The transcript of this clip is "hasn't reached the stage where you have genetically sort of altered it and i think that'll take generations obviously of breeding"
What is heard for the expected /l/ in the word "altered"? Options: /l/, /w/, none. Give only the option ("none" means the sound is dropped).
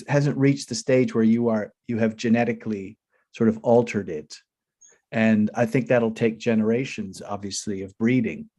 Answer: /l/